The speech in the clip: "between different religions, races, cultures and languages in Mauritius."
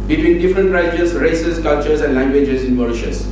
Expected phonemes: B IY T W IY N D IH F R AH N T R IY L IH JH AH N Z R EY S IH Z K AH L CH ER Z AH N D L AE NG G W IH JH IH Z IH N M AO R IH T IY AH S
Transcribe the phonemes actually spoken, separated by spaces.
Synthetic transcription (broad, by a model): B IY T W IY N D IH F R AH N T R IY IH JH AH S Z R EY S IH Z K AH L CH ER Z AH N D L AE NG G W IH JH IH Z IH N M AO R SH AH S